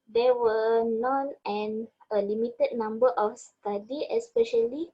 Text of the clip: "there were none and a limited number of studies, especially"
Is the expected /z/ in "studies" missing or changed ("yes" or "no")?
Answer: yes